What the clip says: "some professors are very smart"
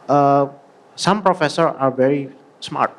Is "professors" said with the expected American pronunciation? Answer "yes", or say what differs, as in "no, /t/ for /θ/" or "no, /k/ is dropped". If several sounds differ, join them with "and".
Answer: no, /z/ is dropped